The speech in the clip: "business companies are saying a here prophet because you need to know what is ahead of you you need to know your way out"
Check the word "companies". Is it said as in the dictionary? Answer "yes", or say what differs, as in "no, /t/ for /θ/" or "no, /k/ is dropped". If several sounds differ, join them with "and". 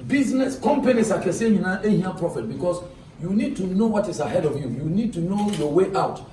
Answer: no, /s/ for /z/